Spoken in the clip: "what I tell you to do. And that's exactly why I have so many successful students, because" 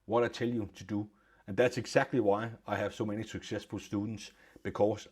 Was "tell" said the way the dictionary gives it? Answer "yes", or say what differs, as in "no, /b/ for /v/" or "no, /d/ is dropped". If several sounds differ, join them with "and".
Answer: no, /s/ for /t/